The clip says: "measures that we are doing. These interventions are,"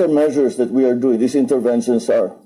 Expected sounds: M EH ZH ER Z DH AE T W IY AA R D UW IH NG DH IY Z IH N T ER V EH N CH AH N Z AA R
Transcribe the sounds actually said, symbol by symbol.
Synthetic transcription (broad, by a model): M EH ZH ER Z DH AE T W IY AA R D UW IH NG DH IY S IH N T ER V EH N SH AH N S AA R